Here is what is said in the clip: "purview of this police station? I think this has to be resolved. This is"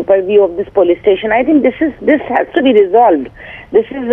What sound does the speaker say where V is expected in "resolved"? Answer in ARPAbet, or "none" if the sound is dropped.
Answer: V